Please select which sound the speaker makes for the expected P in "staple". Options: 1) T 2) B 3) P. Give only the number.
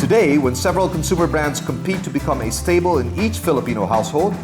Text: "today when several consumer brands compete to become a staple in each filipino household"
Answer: 2